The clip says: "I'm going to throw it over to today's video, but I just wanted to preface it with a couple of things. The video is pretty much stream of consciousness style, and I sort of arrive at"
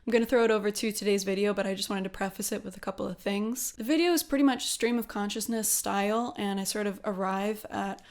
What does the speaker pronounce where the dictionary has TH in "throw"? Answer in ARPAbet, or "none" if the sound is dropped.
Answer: TH